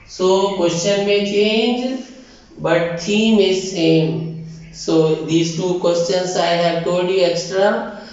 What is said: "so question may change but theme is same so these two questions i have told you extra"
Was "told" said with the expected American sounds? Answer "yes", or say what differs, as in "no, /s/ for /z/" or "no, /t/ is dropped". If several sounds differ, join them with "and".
no, /l/ is dropped